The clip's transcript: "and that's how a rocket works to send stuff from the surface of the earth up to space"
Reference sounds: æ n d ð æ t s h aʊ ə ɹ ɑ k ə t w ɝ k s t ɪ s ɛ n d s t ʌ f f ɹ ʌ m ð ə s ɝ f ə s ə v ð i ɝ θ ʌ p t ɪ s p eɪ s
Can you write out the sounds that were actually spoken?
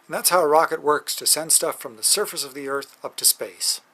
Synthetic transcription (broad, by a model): n ð æ t s h aʊ ə ɹ ɑ k ə t w ɝ k s t ɪ s ɛ n d s t ʌ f f ɹ ʌ m ð ə s ɝ f ə s ə v ð i ɝ θ ʌ p t ɪ s p eɪ s